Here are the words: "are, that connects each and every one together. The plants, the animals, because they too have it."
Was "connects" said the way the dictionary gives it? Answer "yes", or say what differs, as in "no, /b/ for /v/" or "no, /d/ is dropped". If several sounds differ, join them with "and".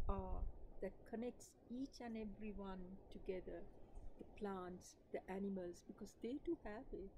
yes